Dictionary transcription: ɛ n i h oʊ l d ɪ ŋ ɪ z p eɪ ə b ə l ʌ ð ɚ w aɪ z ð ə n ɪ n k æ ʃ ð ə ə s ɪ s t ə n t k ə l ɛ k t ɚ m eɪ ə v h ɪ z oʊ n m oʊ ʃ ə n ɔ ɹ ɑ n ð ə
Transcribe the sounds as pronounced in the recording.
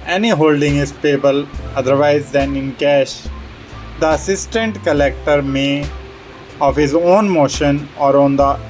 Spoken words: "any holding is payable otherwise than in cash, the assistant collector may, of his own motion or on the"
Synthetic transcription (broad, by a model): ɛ n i h oʊ l d ɪ ŋ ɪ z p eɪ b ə l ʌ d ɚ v aɪ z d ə n ɪ n k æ ʃ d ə ə s ɪ s t ə n t k ə l ɛ k t ɚ m eɪ ə v h ɪ z oʊ n m oʊ ʃ ə n ɔ ɹ ɑ n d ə